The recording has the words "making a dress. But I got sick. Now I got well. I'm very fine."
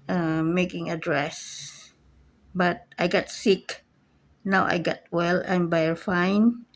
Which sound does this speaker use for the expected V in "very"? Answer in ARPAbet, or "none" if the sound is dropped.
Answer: B